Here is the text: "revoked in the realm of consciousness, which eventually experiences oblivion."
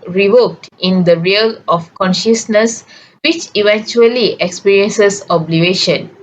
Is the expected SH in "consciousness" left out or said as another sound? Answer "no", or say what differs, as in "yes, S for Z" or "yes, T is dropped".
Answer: no